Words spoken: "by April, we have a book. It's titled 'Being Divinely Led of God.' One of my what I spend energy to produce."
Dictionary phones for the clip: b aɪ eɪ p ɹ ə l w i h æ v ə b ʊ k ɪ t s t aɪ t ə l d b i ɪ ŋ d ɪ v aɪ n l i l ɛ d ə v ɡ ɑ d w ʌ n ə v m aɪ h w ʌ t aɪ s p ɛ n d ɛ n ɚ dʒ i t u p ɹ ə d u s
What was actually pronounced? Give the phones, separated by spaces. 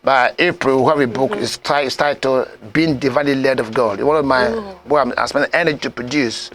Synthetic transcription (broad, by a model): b aɪ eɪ p ɹ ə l w i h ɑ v ə b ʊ k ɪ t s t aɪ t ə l b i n d ɪ v aɪ n l i l ɛ d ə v ɡ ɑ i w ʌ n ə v m aɪ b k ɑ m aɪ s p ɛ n ɛ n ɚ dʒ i t u p ɹ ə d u s